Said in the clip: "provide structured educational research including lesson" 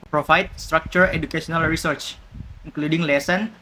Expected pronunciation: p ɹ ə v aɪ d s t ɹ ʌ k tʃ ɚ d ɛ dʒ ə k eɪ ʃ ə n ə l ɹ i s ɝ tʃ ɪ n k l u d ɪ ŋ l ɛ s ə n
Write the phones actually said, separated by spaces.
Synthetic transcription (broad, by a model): p ɹ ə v aɪ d s t ɹ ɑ k tʃ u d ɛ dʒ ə k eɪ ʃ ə n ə l ɹ i s ɝ tʃ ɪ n k l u d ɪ ŋ l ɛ s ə n